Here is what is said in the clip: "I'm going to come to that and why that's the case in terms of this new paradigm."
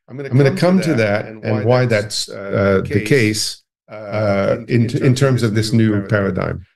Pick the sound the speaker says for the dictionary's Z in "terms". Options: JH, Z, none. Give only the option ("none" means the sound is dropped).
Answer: Z